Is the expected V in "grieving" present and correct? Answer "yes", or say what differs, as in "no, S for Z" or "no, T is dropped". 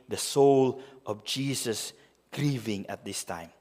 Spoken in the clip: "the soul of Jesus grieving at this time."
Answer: yes